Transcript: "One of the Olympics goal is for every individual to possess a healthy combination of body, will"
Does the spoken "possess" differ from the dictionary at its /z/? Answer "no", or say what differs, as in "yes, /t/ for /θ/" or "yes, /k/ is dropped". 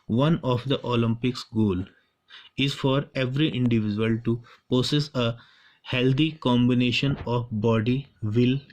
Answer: yes, /s/ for /z/